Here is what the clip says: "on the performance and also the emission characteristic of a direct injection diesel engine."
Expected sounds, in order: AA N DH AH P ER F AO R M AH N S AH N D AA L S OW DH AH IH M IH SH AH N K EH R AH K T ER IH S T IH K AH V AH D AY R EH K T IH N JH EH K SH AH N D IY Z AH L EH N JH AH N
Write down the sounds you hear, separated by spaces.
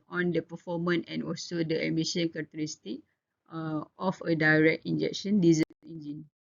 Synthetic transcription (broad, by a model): AA N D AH P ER F AO M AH N AH N AA L S OW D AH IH M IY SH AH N K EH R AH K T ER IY S T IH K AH F AH D AY R EH K T IH N JH EH K SH AH N D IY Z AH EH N JH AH N